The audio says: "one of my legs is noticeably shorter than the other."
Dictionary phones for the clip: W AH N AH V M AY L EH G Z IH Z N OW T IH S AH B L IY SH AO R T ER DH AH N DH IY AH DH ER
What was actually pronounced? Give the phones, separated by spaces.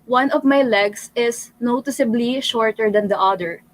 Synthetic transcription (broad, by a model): W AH N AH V M AY L EH G S IH S N OW T IH S AH B L IY SH AO R T ER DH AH N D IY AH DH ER